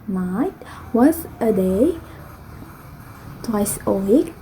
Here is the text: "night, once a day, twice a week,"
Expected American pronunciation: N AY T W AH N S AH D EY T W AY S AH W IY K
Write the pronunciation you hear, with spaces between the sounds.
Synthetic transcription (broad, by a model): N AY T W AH S AH D EY T W AY S AH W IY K